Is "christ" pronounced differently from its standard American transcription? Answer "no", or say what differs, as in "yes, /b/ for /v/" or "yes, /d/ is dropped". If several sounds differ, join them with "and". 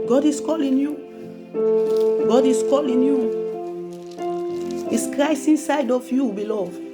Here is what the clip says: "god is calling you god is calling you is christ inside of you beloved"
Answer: yes, /t/ is dropped